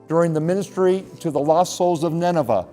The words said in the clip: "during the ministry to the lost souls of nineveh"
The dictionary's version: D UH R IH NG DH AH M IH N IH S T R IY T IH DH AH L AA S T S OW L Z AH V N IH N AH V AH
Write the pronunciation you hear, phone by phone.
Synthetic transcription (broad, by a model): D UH R IH NG DH AH M IH N IH S T R IY T IH DH AH L AA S S OW L Z AH V N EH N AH V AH